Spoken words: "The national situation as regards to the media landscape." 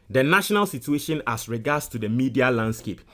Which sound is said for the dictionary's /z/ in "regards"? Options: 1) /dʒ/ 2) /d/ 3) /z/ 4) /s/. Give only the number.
4